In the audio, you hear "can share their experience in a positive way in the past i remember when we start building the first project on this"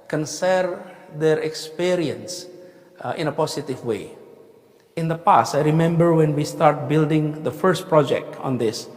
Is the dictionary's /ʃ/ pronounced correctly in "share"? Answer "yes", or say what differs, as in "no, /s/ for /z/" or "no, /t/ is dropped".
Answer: no, /s/ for /ʃ/